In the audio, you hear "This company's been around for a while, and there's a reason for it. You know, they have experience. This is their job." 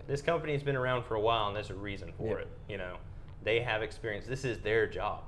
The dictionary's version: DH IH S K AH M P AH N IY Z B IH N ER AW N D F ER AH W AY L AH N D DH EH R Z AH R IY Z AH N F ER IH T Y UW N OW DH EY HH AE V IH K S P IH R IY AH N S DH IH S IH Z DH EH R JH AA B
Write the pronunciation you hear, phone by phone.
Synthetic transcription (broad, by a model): DH IH S K AH M P AH N IY Z B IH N ER AW N D F ER AH W AY L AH N DH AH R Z AH R IY Z AH N F ER IH T Y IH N OW DH EY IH V IH K S P IH R IY AH N S DH IH S IH Z DH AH R JH AA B